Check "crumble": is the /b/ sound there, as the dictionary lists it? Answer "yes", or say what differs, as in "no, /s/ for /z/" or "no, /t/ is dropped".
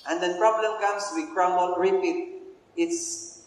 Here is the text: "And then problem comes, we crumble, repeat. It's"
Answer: no, /b/ is dropped